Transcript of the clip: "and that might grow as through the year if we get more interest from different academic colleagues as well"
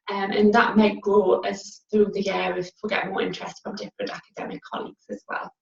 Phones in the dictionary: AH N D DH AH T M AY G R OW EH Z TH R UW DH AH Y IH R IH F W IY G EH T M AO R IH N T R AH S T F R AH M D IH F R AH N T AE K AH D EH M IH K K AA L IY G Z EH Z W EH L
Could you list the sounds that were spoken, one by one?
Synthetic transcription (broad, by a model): AH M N DH AH T M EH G L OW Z TH R UW DH AH Y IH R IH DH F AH G EH T M AO R IH N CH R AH S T F R AH M D IH F R AH N T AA K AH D EH M IH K K AA L IY G Z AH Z W EH L